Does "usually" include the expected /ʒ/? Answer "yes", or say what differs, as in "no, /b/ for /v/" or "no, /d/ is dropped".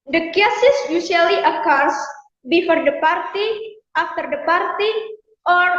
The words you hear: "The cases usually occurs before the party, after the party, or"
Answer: no, /s/ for /ʒ/